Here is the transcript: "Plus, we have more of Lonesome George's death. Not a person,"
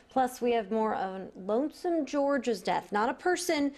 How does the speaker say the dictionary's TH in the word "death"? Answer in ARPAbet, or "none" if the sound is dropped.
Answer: TH